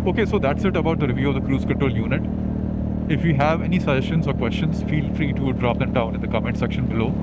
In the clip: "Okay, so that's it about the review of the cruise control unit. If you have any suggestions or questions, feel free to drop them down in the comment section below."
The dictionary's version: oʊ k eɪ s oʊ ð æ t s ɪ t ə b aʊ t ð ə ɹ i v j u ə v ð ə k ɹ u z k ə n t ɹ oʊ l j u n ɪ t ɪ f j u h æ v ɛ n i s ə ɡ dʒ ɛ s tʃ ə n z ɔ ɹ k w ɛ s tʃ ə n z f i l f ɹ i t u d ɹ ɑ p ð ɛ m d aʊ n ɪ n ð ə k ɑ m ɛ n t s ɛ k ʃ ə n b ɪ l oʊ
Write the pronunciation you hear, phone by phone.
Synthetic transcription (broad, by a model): oʊ k eɪ s oʊ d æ t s ɪ t ə b aʊ t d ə ɹ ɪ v j u ə v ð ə k ɹ u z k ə t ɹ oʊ l j u n ɪ t ɪ f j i h æ v ɛ n i s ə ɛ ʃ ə n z ɔ ɹ k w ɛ s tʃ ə n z f i l f ɹ i t u d ɹ ɑ p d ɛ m d aʊ n ɪ n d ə k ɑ m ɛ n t s ɛ k ʃ ə n b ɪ l oʊ